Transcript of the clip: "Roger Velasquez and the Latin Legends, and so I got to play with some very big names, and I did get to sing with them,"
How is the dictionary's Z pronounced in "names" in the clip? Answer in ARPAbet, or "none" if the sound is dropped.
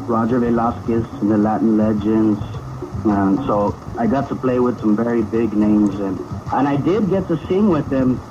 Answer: Z